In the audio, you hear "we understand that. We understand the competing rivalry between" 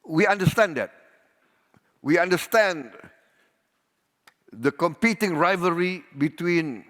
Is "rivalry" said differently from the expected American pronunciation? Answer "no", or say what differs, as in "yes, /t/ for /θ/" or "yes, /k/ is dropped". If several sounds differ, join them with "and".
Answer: yes, /l/ is dropped